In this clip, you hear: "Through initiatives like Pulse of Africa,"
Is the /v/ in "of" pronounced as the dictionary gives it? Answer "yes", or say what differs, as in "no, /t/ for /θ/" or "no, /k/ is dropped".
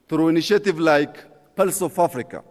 no, /f/ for /v/